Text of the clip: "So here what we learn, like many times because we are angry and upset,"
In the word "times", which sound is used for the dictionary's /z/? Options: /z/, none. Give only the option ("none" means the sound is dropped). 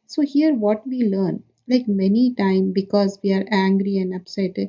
none